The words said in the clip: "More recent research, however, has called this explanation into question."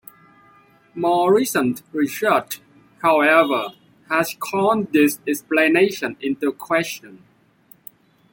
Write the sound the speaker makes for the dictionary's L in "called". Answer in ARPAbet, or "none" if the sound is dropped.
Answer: N